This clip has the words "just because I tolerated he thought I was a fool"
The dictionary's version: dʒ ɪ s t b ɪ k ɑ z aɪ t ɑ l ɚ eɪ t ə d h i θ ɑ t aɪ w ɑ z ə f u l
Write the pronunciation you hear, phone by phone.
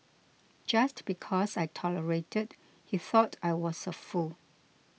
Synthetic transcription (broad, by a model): dʒ ɪ s t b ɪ k ɑ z aɪ t ɑ l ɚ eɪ t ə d h i θ ɑ t aɪ w ɑ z ə f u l